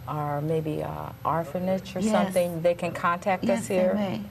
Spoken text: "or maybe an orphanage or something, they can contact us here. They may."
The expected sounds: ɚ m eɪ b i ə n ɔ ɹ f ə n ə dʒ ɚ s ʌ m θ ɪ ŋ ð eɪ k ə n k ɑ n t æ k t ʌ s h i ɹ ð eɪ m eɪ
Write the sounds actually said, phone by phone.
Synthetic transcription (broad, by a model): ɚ m eɪ b i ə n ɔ ɹ f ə n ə tʃ ɚ s ʌ m θ ɪ ŋ ð eɪ k ə n k ɑ n t æ k t ʌ s h i ɹ